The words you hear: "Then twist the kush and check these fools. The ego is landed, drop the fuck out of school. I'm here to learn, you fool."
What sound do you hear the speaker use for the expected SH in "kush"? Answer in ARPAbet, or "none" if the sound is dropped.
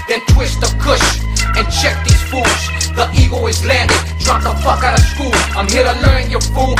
SH